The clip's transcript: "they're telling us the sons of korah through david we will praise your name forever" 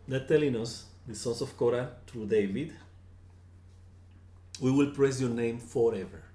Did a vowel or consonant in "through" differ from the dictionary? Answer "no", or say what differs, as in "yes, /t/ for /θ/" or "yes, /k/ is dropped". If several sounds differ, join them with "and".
yes, /t/ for /θ/